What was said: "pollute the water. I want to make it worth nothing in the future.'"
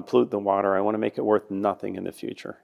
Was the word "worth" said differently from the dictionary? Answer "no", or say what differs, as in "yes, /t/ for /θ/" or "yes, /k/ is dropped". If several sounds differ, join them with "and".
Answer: no